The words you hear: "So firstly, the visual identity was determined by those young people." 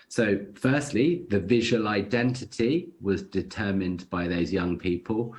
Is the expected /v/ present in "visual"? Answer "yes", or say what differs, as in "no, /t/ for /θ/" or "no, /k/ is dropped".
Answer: yes